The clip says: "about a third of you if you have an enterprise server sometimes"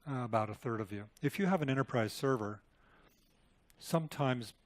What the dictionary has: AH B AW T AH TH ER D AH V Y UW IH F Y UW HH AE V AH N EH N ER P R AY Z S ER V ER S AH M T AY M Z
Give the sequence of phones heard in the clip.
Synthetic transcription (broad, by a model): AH B AW T AH TH ER D AH V Y UW IH F Y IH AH V AH N EH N ER P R AY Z S ER V ER S AH M T AY M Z